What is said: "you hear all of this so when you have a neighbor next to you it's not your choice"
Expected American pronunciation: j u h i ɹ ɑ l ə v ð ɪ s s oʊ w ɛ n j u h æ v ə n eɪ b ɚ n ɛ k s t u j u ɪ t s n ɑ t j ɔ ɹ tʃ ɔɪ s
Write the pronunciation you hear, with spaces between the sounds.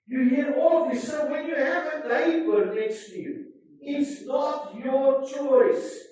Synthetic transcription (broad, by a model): j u h i ɹ ɑ l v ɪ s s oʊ w ɛ n j u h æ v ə l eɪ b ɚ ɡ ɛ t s t u j u ɪ t s n ɑ t j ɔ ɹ tʃ ɔɪ s